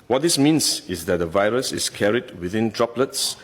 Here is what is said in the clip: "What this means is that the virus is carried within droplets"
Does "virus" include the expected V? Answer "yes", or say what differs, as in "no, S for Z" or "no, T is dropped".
yes